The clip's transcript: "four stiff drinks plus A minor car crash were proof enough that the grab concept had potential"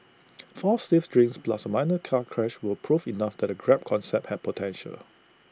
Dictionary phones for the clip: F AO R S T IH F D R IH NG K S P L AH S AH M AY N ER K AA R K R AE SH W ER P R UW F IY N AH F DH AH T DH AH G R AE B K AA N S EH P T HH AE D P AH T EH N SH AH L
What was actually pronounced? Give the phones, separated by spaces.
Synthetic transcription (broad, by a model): F AO S T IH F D R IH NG S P L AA S AH M AY N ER K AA K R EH SH W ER P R UW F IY N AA F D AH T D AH G R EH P K AA N S EH P T HH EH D P AH T EH N SH AH L